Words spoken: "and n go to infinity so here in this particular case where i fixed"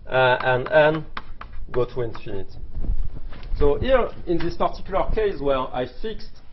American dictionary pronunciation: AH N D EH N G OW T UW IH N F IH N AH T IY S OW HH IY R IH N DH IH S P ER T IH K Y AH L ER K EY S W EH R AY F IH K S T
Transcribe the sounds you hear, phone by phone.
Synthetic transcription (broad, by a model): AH N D EH N G OW T UW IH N F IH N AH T S OW HH IY R IH N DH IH S P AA T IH K Y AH L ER K EY S W EH R AY F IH K S T